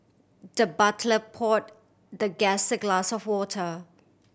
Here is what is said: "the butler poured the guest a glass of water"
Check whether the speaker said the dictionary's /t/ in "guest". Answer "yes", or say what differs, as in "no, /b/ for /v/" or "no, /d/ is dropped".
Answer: no, /t/ is dropped